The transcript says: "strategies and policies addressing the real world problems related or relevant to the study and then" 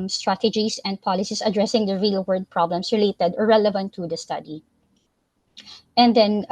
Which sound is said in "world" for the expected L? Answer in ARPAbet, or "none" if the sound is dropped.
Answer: none